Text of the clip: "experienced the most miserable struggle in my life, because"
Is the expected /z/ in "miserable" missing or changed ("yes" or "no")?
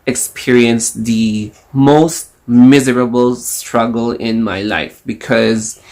no